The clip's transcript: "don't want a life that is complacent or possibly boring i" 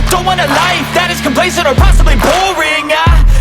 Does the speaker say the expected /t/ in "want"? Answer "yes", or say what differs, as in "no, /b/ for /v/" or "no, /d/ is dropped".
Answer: no, /t/ is dropped